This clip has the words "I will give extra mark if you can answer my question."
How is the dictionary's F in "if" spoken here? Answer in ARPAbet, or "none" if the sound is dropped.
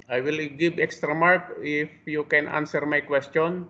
F